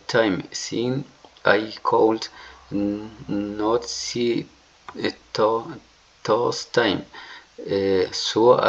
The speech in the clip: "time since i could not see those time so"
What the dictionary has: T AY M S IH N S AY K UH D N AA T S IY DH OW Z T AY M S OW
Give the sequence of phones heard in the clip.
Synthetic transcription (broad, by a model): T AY M S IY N AY K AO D N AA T S IY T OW S T AY M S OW